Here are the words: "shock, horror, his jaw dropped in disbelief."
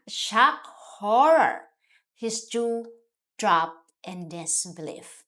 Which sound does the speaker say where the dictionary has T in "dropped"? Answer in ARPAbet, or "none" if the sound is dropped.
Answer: T